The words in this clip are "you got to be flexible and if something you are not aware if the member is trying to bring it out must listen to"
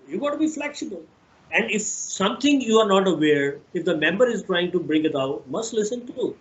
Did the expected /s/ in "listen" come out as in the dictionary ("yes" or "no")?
yes